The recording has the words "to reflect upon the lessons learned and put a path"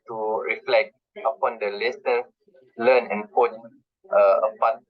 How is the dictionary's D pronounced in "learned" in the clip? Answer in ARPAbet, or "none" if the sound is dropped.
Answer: none